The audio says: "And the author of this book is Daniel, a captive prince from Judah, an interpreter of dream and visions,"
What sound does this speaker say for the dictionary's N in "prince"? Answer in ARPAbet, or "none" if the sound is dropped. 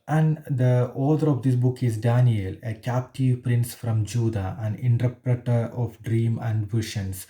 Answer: N